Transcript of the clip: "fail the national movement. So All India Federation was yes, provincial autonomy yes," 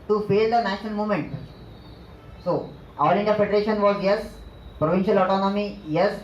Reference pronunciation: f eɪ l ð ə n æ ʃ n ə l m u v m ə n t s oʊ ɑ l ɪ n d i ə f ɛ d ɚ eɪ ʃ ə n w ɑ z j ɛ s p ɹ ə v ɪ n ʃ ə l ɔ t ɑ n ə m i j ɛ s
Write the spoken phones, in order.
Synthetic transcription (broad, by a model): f eɪ l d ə n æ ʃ n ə l m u m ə n t s oʊ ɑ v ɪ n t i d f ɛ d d eɪ ʃ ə n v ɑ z j ɛ s p ɹ ə v ɪ n ʃ ə l ɔ t ɑ n ə m i j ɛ s